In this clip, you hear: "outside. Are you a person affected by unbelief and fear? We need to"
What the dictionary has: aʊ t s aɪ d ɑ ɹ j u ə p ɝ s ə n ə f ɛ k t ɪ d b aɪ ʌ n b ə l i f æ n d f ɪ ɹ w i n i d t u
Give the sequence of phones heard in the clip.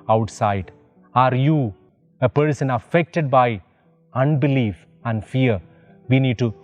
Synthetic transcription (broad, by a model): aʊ t s aɪ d ɑ ɹ j u ə p ɝ s ə n ə f ɛ k t ɪ d b aɪ ʌ n b ə l i f æ n d f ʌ ɹ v i n i d t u